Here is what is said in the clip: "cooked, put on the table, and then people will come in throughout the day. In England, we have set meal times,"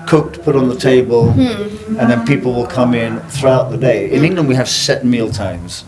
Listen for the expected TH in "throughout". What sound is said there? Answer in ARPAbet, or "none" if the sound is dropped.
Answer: TH